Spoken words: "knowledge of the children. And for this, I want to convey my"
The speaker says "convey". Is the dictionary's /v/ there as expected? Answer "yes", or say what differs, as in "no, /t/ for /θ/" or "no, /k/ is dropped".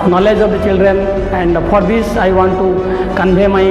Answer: no, /b/ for /v/